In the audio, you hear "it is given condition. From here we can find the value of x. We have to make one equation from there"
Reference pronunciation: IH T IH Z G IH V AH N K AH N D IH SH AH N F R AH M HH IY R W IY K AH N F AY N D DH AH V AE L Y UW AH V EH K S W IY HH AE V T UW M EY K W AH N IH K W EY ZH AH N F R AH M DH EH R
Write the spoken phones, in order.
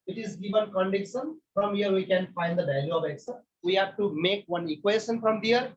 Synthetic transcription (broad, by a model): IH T IH Z G IH V AH N K AH N D IH SH AH N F R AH M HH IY R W IY K AH N F AY N D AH B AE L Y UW AH V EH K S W IY HH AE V T UW M EY K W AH N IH K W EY SH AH N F R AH M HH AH R